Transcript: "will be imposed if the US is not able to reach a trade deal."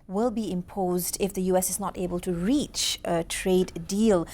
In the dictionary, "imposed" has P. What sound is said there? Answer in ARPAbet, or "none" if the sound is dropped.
P